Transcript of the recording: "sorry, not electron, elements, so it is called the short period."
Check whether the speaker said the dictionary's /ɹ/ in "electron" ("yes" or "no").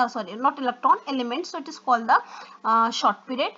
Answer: no